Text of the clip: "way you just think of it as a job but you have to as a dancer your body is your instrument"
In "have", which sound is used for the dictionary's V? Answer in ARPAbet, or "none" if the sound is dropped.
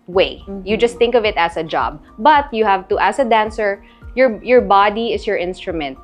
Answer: V